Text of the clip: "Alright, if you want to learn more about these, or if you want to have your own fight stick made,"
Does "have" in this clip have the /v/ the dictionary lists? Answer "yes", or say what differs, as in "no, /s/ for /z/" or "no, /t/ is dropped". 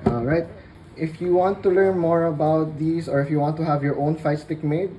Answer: yes